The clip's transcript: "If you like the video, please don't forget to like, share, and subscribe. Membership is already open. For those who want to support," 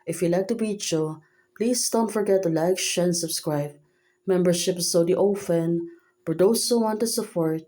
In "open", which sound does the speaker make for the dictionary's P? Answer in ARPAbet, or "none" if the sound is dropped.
F